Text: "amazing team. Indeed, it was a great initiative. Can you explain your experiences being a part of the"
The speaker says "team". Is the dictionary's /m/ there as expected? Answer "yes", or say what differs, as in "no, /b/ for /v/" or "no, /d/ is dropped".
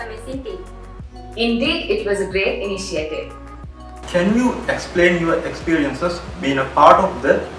no, /m/ is dropped